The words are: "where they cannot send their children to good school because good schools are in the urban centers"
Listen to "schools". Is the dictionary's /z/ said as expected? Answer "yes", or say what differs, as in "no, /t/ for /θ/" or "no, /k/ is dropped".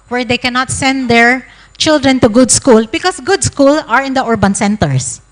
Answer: no, /z/ is dropped